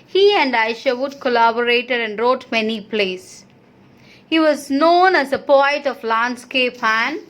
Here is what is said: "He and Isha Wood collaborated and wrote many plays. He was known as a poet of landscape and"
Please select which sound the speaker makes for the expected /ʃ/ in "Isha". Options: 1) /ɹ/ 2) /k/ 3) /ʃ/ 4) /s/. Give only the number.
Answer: 3